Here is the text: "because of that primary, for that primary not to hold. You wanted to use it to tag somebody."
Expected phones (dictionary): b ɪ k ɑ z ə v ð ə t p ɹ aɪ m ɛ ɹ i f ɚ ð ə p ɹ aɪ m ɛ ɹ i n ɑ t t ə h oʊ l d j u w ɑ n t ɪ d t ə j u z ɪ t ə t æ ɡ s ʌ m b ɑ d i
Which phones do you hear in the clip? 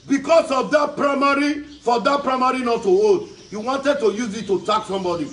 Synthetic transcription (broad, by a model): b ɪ k ɑ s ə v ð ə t p ɹ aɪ m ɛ ɹ i f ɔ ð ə p ɹ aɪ m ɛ ɹ i n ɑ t t ə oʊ d j u w ɑ n t ɪ d t ə j u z ɪ t ə t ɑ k s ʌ m b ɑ d i